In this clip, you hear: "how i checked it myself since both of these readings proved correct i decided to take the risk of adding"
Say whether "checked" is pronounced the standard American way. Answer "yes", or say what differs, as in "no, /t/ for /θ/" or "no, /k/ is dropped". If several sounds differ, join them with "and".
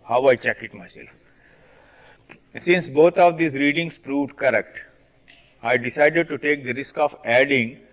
no, /t/ is dropped